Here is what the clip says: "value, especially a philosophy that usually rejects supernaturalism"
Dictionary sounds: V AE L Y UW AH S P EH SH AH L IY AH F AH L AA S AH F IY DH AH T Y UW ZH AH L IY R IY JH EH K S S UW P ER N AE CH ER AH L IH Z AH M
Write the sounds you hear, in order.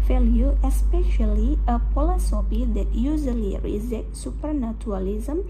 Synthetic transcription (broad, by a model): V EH L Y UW AH S P EH SH AH L IY AH P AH L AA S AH P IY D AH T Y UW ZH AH L IY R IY Z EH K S S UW P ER N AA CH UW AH L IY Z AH M